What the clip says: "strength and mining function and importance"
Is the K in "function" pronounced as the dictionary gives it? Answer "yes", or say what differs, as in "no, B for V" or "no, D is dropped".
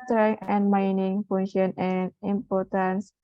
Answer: no, K is dropped